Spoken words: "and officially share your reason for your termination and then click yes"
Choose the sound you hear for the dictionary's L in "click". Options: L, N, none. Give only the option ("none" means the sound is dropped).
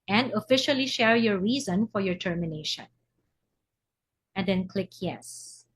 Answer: L